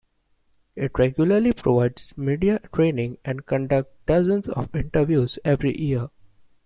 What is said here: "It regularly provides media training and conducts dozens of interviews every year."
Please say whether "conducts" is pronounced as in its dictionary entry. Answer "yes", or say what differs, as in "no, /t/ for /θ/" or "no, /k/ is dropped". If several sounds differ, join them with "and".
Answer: no, /s/ is dropped